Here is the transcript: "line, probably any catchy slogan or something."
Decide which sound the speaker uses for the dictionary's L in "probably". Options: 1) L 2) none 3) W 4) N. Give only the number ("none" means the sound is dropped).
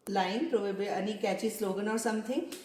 2